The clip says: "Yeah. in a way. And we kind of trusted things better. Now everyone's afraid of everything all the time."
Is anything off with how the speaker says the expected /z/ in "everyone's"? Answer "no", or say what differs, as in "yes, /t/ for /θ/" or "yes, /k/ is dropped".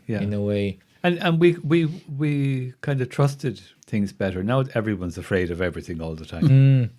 no